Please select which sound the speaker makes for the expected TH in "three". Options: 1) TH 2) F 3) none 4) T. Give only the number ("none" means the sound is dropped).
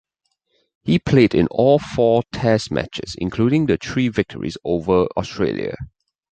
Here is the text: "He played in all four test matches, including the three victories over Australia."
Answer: 4